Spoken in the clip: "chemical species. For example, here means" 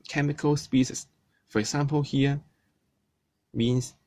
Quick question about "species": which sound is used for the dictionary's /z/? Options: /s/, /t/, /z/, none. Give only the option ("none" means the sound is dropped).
/s/